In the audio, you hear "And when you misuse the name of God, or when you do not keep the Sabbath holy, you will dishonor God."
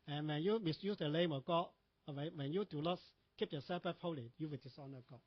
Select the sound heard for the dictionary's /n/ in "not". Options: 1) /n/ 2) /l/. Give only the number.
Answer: 2